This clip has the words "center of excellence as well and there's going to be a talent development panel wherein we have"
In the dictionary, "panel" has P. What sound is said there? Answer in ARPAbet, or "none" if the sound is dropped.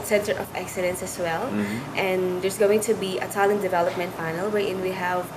F